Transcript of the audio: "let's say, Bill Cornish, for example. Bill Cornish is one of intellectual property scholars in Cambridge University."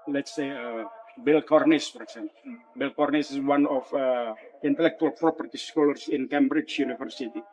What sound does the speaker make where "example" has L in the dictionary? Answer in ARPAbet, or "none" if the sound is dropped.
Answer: N